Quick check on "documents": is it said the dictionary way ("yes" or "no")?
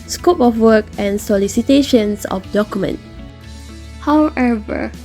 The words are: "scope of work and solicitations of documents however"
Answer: no